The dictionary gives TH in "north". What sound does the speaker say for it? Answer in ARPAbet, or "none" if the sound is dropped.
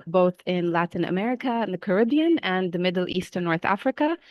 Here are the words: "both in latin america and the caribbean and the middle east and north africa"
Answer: TH